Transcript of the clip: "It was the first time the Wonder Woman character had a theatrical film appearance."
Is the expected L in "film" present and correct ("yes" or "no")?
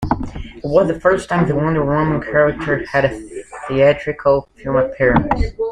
no